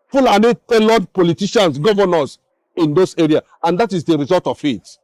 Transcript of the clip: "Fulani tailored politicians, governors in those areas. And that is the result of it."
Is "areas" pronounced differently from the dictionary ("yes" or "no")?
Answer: yes